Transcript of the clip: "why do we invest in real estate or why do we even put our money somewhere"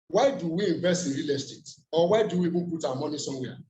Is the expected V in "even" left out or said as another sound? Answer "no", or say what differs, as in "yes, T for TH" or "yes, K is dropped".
yes, B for V